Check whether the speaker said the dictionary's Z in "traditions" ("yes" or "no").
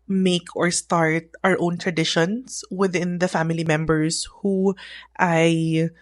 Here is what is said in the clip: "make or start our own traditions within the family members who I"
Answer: no